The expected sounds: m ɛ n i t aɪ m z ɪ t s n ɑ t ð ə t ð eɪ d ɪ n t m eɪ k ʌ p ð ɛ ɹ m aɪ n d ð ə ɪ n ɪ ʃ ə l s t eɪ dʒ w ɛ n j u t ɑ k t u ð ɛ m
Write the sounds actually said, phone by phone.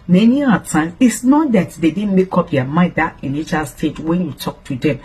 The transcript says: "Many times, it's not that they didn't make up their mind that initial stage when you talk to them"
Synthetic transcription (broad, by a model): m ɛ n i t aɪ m ɪ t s n ɑ t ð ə t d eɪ d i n m eɪ k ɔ p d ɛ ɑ m aɪ n d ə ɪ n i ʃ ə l s t eɪ dʒ w ɛ n j u t ɑ k t u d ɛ m